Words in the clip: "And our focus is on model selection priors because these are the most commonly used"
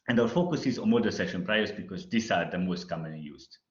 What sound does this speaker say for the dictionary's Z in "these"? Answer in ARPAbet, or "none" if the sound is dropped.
S